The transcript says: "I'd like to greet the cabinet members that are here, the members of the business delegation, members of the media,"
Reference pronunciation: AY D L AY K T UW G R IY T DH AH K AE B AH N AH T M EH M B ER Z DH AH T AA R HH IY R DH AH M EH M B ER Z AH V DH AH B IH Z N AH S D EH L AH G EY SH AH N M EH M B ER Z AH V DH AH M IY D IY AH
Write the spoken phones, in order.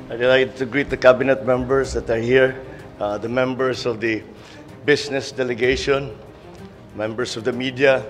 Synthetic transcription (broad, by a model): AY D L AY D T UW G R IY T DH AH K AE B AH N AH T M EH M B ER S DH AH T AA R HH IY R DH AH M EH M B ER S AH V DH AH B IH S N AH S D EH L AH G EY SH AH N M EH M B ER S AH V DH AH M IY D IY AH